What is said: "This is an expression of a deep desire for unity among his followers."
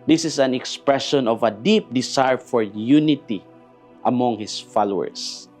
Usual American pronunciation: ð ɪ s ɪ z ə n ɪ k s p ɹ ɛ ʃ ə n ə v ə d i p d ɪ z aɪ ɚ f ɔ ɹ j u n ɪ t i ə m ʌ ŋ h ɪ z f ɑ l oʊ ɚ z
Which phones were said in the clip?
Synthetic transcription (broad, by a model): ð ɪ s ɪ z ə n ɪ k s p ɹ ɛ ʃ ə n ə v ə d i p d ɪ s aɪ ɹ f ɔ ɹ j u n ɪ t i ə m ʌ ŋ h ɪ s f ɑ l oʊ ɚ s